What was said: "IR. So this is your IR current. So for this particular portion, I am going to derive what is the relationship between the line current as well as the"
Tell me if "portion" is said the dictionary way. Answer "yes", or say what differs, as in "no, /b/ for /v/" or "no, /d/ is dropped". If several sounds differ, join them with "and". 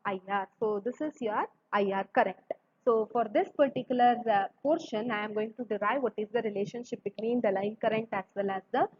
yes